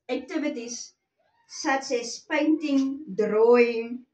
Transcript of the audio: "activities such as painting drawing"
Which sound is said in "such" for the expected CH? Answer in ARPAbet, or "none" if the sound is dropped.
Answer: S